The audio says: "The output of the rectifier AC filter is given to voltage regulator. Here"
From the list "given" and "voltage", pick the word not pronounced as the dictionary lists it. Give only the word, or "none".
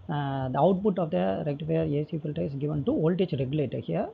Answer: voltage